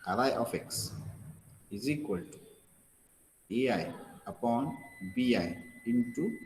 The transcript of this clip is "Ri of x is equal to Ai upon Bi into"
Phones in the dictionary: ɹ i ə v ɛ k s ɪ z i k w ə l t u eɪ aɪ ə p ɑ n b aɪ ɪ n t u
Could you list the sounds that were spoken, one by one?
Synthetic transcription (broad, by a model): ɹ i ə f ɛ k s ɪ z i k w ə l t u eɪ aɪ ə p ɑ n b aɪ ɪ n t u